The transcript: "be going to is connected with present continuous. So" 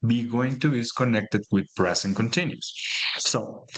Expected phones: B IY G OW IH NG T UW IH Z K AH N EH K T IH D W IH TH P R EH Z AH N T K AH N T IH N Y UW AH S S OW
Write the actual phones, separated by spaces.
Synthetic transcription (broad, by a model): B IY G OW IH NG T UW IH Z K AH N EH K T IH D W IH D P R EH S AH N K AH N T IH N Y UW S S OW